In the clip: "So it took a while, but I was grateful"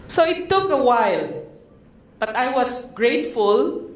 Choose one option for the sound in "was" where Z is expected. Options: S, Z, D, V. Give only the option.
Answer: S